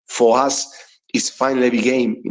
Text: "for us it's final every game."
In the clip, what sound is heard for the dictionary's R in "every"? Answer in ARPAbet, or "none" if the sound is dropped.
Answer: none